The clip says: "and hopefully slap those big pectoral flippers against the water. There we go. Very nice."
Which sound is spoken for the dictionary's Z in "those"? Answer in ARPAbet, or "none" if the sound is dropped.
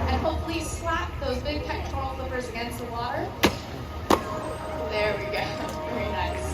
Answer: Z